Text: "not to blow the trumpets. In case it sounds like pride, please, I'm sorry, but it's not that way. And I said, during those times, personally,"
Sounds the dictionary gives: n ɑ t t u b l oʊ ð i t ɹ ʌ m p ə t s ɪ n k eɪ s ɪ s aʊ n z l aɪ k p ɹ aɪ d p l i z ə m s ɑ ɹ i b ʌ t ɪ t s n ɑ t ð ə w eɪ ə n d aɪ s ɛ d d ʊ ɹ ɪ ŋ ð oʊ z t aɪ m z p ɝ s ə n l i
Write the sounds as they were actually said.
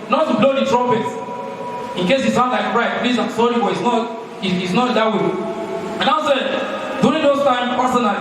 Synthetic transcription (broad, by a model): n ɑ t t u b l oʊ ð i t ɹ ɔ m p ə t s ɪ n k eɪ s ɪ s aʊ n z l aɪ k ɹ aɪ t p l i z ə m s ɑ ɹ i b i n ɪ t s n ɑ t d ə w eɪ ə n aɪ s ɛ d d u ɹ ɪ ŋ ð oʊ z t aɪ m p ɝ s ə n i